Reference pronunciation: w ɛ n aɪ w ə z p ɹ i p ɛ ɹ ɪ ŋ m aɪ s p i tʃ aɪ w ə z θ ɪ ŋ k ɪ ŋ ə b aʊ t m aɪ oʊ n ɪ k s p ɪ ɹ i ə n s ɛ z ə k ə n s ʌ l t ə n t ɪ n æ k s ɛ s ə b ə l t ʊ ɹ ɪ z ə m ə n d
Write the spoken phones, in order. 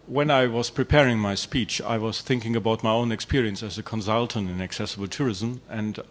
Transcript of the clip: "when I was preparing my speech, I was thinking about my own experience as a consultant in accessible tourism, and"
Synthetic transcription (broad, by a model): w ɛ n aɪ w ə z p ɹ i p ɛ ɹ ɪ ŋ m aɪ s p i tʃ aɪ w ə z θ ɪ ŋ k ɪ ŋ ə b aʊ t m aɪ oʊ n ɪ k s p ɪ ɹ i ə n s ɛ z ə k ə n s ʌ l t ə n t ɪ n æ k s ɛ s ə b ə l t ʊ ɹ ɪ z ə m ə n d